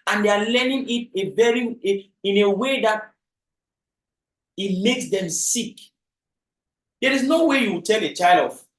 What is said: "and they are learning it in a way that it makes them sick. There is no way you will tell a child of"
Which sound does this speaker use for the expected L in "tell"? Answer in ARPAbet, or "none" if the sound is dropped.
L